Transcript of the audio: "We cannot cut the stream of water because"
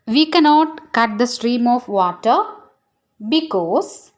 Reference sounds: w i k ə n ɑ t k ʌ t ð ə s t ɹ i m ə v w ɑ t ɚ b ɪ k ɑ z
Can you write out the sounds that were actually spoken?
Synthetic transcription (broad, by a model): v i k ə n ɑ t k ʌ t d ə s t ɹ i m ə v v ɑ t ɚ b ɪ k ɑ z